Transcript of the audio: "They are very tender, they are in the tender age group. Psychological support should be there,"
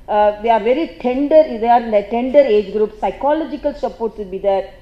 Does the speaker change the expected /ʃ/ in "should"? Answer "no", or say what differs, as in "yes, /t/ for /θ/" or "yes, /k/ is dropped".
yes, /s/ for /ʃ/